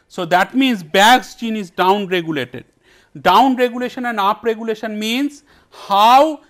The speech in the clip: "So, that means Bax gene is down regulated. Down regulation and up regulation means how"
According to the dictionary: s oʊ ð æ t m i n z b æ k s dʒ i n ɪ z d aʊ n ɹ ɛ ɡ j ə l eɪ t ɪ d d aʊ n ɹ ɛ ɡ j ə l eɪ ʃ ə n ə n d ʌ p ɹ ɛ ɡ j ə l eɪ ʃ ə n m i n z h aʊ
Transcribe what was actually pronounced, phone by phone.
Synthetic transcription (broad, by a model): s oʊ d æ t m i n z b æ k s tʃ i n ɪ z d aʊ n ɹ ɛ ɡ j ə l eɪ t ɪ d d aʊ n ɹ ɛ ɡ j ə l eɪ ʃ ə n ə n d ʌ p ɹ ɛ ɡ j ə l eɪ ʃ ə n m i n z h aʊ